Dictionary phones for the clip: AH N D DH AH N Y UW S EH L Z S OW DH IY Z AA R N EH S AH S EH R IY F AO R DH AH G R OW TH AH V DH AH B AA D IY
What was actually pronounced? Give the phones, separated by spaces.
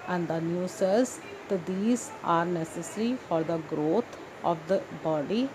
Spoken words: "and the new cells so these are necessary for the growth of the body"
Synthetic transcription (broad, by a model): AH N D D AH N Y UW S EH Z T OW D IY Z AA R N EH S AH S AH R IY F AO R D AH G R OW T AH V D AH B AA D IY